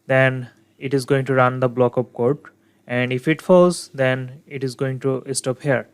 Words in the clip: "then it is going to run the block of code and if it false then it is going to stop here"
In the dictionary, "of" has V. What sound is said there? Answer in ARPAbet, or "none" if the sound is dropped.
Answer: P